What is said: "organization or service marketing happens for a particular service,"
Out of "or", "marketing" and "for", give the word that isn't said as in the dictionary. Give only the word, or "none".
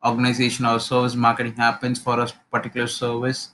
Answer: or